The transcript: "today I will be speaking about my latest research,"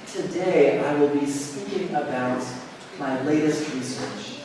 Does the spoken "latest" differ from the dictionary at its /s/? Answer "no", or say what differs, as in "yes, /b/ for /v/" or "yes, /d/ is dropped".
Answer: no